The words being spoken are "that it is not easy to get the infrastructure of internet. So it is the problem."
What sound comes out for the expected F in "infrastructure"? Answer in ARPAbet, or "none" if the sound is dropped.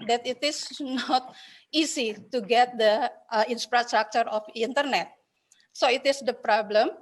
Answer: P